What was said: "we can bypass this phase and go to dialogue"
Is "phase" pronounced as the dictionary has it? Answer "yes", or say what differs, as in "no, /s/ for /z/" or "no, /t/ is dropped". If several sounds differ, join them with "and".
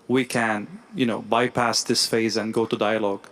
yes